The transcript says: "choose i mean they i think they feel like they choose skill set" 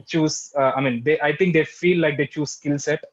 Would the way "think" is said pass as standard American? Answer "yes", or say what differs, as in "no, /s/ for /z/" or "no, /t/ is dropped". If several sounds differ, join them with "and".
no, /t/ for /θ/